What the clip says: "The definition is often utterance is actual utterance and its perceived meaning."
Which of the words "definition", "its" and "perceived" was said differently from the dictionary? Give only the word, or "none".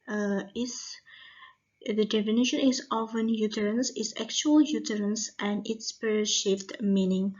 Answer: perceived